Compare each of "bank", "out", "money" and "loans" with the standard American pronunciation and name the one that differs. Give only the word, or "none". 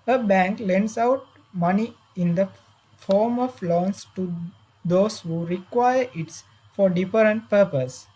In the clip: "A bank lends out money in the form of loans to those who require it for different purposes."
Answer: loans